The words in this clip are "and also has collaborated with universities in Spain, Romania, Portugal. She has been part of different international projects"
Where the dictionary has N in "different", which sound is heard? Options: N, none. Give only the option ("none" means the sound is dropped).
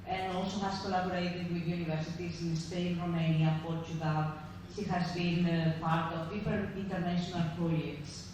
none